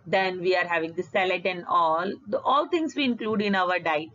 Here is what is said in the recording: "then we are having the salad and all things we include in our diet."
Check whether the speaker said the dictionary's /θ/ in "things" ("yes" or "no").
no